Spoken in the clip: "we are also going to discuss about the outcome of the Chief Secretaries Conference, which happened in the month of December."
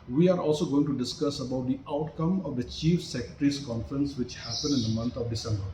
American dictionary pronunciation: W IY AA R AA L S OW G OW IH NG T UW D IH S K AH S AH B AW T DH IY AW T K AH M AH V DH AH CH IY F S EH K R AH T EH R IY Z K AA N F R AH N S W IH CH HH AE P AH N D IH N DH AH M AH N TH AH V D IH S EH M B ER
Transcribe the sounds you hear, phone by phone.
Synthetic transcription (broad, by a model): W IY AA R AA L S OW G OW IH NG T UW D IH S K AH S AH B AW T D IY AW T K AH M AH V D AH CH IY F S EH K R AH T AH R IY S K AA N F R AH N S W IH CH HH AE P AH N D IH N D AH M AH N T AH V D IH S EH M B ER